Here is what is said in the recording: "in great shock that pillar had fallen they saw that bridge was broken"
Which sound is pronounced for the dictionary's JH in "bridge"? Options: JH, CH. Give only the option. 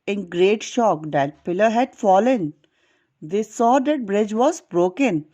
JH